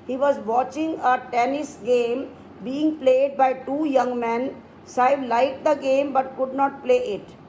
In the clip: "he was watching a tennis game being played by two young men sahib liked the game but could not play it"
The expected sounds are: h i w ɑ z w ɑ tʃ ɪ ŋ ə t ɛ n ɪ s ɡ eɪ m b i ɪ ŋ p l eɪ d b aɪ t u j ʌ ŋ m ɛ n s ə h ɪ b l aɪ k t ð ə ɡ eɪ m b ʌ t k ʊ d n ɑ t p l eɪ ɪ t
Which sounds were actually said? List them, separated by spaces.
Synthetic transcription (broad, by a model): h i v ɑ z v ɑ tʃ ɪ ŋ ə t ɛ n ɪ s ɡ eɪ m b i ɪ ŋ p l eɪ d b aɪ t u j ʌ ŋ m ɛ n s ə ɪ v l aɪ t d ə ɡ eɪ m b ʌ t k ʊ d n ɑ t p l eɪ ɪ t